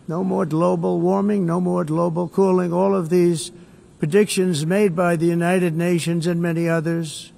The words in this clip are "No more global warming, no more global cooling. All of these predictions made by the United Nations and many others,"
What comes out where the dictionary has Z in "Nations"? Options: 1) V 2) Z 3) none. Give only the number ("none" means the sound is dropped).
2